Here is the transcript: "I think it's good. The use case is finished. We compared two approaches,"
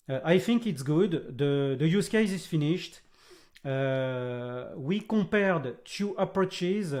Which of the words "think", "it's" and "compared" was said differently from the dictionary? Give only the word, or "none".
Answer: compared